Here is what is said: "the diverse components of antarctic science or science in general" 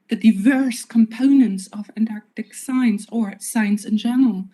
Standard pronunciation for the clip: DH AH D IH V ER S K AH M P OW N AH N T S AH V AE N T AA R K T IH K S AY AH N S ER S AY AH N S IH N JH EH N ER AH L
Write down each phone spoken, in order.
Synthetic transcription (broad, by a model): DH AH D IH V ER S K AH M P OW N AH N T S AH V AE N T AA R K T IH K S AY AH N S ER S AY AH N S IH N JH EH N ER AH L